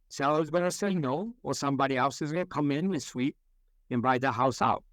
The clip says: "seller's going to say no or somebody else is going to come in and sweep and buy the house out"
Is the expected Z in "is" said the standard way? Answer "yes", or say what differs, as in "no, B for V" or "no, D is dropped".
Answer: yes